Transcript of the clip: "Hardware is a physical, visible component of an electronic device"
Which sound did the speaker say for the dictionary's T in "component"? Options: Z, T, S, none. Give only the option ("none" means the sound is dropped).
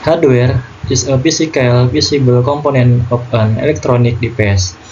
none